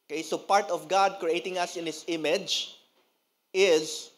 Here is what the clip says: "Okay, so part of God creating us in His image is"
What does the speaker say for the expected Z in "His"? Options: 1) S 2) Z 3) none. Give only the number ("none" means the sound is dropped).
1